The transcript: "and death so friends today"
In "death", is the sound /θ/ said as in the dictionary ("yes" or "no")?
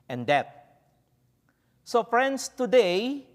no